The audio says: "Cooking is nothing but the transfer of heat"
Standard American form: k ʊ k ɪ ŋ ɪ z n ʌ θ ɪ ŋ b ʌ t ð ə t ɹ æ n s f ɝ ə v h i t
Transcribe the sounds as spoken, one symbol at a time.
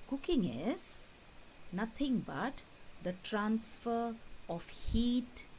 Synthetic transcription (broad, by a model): k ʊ k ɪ ŋ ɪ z n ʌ t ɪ ŋ b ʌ t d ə t ɹ æ n s f ɝ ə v h i t